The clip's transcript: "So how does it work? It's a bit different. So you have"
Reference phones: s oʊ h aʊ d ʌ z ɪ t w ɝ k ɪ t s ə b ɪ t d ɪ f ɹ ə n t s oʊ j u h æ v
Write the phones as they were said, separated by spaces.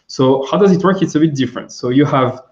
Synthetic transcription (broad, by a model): s oʊ h aʊ d ʌ z ɪ t w ɝ k ɪ t s ə b ɪ t d ɪ f ɹ ə n t s oʊ j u h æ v